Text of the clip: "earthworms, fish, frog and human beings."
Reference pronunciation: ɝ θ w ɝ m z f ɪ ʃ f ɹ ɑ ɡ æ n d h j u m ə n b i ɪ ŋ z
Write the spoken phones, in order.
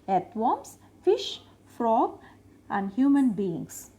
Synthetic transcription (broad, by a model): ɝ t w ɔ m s f ɪ ʃ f ɹ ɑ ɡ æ n d h j u m ə n b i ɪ ŋ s